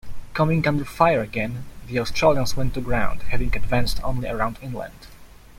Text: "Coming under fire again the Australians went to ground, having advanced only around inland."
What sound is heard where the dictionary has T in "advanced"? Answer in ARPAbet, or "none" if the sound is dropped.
T